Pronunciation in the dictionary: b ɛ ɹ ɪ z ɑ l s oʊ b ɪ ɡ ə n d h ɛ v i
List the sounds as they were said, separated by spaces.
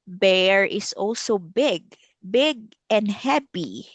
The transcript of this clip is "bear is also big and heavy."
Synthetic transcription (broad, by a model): b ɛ ɹ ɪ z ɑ l s oʊ b ɪ ɡ ə n d h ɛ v i